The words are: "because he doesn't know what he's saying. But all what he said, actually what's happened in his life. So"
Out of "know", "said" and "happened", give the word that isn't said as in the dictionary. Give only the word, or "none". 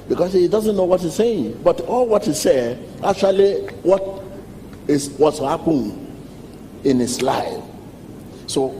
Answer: happened